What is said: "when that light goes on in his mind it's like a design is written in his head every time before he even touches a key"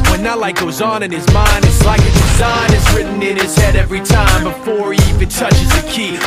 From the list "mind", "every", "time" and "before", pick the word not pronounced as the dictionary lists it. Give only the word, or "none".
none